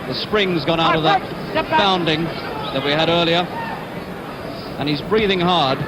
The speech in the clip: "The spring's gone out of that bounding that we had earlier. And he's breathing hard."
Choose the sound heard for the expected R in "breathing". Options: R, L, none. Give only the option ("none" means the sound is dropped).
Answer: R